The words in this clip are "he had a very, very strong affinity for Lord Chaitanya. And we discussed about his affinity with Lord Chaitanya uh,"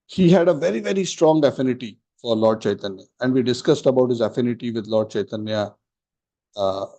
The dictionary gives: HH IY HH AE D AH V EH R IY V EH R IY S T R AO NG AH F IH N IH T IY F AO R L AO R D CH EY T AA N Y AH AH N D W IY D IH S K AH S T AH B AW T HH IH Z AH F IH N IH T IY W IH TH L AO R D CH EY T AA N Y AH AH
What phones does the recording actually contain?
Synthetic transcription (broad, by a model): HH IY HH AE D AH V EH R IY V EH R IY S T R AO NG AH F IH N IH T IY F AO R L AO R D CH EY T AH N Y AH AH N D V IY D IH S K AH S T AH B AW T HH IH Z AH F IH N IH T IY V IH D L AO R D CH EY T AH N Y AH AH